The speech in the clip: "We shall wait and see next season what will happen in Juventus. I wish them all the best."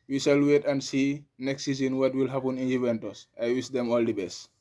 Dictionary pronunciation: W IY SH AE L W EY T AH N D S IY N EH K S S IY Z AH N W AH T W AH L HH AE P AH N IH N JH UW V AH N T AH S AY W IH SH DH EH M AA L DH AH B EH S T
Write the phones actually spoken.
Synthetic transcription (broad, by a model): W IY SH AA L W EY T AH N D S IY N EH K S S IY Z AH N W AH T W AH L HH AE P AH N IH N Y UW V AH N T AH S AY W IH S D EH M AA L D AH B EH S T